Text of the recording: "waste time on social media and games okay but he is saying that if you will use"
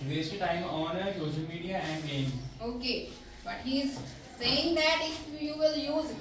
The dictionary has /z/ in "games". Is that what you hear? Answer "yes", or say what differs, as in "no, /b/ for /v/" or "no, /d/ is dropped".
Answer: no, /z/ is dropped